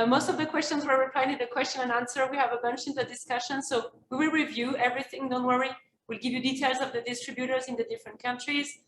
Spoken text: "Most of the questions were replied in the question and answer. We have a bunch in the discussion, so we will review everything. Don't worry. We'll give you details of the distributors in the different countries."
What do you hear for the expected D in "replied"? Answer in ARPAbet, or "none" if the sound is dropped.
none